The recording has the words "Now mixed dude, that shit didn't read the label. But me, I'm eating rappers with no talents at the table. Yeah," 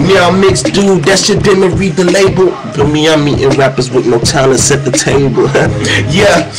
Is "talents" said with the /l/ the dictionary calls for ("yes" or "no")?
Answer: no